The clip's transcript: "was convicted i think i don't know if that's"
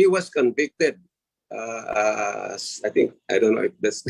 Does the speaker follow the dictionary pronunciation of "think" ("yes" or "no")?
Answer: no